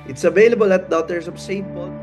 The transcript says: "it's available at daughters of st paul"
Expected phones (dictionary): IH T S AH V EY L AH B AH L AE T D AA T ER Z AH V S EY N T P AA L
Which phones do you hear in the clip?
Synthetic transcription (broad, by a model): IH T S AH V EY L AH B AH L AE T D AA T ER S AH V S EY T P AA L